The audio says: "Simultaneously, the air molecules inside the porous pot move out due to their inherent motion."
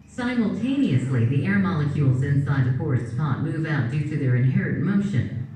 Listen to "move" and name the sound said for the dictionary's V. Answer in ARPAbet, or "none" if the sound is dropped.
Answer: V